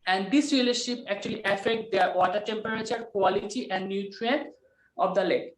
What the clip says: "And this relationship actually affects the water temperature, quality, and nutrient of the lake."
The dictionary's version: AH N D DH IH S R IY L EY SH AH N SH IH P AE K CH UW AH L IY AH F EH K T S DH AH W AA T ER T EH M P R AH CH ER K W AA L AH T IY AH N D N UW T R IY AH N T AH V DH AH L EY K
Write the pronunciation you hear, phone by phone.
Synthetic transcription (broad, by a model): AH N D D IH S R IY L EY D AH SH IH P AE K CH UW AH L IY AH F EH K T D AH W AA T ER T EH M P R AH CH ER K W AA L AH T IY AH N D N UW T R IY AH N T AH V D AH L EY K